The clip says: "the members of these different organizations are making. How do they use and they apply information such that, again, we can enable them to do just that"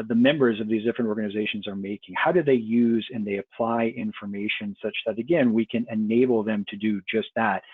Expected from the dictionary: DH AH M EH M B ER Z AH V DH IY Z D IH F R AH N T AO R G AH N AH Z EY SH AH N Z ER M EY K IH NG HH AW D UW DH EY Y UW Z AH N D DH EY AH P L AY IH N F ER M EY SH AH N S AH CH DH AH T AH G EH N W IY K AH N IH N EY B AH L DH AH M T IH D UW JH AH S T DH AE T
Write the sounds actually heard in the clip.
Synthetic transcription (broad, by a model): DH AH M EH M B ER Z AH V DH IY Z D IH F R AH N T AO R G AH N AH Z EY SH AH N Z ER M EY K IH NG HH AW D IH DH EY Y UW Z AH N DH EY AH P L AY IH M F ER M EY SH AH N S AH CH DH AH T AH G EH N W IY K AH N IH N EY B L DH AH M T IH D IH JH AH S T DH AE T